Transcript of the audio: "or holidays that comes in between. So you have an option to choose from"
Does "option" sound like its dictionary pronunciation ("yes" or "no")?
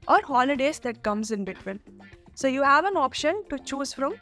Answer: yes